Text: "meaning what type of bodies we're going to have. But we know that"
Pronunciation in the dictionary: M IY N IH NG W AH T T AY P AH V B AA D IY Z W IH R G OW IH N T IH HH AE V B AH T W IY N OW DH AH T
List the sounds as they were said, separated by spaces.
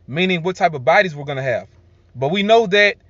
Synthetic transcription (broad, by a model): M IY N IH NG W AH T T AY P AH V B AA D IY Z W IH R G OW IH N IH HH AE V B AH T W IY N OW DH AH T